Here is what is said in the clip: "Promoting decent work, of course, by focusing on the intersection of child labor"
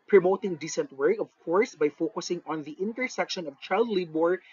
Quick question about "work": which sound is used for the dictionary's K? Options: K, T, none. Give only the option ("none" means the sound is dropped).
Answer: none